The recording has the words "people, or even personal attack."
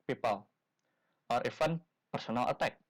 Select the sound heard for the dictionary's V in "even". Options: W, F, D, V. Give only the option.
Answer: F